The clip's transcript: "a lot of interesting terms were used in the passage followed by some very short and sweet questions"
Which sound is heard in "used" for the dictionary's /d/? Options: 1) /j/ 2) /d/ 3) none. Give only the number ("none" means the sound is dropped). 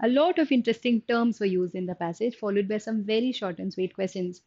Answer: 2